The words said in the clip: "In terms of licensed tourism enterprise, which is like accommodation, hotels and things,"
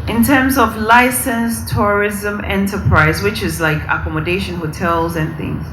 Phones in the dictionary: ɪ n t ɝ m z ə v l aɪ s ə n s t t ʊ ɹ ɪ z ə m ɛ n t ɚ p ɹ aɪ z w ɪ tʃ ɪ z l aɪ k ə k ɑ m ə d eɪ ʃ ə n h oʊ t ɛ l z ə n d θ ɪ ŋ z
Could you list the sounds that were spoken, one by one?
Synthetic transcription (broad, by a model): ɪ n t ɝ m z ə v l aɪ s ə n s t t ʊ ɹ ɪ z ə m ɛ n t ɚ p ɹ aɪ z w ɪ tʃ ɪ z l aɪ k ə k ɑ m ə d eɪ ʃ ə n h oʊ t ɛ l z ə n θ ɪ ŋ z